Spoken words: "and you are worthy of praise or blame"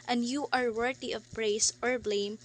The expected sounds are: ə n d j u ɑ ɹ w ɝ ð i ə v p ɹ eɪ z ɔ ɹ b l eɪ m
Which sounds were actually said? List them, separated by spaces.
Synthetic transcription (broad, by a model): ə n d j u ɑ ɹ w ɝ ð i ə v b ɹ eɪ s ɔ ɹ b l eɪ m